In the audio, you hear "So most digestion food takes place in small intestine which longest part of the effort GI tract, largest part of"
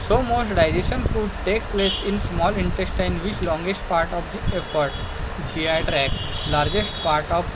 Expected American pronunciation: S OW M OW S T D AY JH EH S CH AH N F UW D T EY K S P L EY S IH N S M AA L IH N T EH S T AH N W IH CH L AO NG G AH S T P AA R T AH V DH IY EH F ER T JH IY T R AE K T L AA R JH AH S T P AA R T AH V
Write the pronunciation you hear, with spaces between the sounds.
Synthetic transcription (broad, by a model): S OW M OW S T D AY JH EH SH AH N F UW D T EY K P L EY S IH N S M AA L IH N T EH S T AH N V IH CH L AO NG G AH S T P AA R T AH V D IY EH F ER T JH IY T R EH K L AA R JH AH S T P AA R T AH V